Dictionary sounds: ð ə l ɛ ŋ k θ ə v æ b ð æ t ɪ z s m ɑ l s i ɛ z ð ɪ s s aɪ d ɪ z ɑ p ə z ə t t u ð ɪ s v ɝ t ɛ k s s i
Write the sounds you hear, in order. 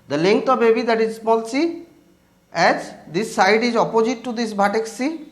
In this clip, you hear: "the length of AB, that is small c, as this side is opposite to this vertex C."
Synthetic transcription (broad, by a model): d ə l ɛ ŋ k t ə b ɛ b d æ t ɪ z s m ɑ l s i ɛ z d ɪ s s aɪ d ɪ z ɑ p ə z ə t t u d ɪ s b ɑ t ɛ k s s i